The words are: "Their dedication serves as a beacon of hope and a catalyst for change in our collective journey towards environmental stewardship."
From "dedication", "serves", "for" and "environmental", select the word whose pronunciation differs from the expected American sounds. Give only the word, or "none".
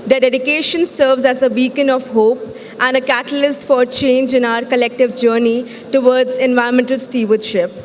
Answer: none